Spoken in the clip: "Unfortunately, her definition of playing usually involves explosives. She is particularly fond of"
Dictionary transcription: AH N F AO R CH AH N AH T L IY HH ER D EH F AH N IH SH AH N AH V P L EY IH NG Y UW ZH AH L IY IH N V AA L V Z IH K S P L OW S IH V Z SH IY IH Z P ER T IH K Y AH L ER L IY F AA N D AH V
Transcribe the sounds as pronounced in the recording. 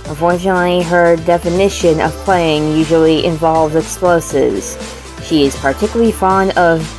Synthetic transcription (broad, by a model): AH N F AO R CH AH N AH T L IY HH ER D EH F AH N IH SH AH N AH V P L EY IH NG Y UW ZH L IY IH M V AA L V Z IH K S P L OW S IH V Z SH IY IH Z P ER T IH K Y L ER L IY F AA N D AH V